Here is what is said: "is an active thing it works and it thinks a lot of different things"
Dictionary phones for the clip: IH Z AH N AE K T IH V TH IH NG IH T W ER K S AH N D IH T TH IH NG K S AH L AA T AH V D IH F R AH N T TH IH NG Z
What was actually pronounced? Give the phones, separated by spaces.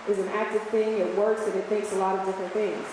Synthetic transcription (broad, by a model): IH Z AH N AE K T IH V TH IH NG IH T W ER K S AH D IH T TH IH NG K S AH L AA T AH V D IH F R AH N TH IH NG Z